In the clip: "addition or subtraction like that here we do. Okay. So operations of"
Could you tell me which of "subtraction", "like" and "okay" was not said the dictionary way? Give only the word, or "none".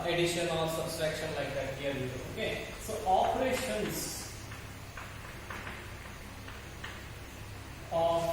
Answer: subtraction